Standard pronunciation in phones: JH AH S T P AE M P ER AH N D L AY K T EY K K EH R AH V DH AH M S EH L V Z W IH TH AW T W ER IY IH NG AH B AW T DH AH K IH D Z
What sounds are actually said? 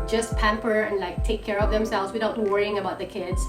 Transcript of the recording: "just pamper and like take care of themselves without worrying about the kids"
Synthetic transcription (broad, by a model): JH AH S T P AE M P ER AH N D L AY K T EY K K EH R AH V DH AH M S EH L V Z W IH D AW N W ER IY IH NG AH B AW T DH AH K IH D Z